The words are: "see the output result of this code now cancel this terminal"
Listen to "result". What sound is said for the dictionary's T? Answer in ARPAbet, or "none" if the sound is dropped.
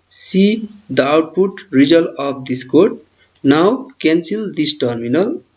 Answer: none